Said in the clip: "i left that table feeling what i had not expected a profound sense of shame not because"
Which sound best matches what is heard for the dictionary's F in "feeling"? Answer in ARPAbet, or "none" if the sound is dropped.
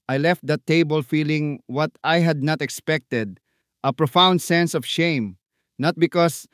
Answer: F